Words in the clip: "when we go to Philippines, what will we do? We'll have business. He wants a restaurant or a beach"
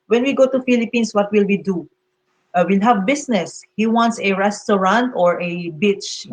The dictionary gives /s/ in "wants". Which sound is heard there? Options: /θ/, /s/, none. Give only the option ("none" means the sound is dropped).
/s/